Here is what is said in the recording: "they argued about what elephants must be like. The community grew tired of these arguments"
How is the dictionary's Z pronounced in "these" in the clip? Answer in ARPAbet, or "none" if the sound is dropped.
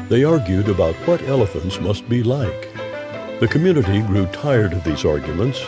Z